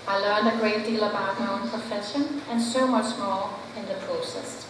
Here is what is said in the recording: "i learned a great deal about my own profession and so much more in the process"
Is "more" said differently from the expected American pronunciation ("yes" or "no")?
yes